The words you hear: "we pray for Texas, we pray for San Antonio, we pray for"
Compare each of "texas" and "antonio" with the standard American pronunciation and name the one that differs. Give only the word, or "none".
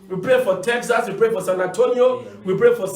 none